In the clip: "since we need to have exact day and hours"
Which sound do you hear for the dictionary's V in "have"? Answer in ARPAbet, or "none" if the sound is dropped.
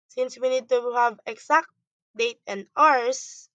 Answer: V